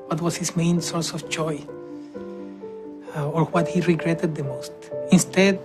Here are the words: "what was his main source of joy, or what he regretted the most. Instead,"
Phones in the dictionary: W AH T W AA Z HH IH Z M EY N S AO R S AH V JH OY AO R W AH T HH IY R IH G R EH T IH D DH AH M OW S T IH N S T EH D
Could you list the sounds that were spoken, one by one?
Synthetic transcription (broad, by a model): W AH T W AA S HH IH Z M EY N S AO R S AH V JH OY AO R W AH T HH IY R IH G R EH T IH D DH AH M OW S T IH N S T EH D